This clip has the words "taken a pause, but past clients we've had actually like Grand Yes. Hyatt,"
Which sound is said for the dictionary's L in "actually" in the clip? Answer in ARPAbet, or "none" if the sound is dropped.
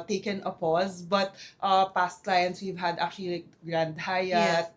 none